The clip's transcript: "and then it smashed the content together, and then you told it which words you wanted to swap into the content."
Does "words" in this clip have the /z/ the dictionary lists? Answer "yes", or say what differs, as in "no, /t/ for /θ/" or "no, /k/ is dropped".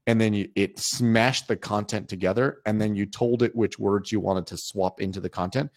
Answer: yes